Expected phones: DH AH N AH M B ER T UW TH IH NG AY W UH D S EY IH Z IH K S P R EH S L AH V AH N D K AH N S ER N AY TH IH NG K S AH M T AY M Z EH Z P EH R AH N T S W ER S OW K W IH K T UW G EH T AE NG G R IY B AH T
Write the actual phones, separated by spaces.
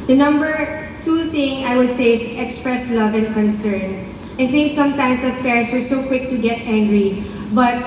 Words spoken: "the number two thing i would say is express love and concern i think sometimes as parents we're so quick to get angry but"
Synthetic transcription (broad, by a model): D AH N AH M B ER T UW TH IH NG AY W UH D S EY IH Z IH K S P R EH S L AH V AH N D K AH N S ER N AY TH IH NG K S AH M T AY M S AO S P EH R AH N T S W ER S OW K W IH K T UW G EH T AE NG G R IY B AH T